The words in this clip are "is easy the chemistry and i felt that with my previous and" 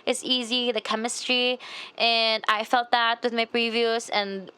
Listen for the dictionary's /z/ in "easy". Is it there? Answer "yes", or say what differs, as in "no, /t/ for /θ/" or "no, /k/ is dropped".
yes